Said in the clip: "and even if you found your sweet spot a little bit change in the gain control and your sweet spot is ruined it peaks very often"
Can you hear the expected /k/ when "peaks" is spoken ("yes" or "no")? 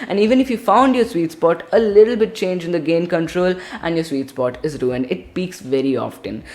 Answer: yes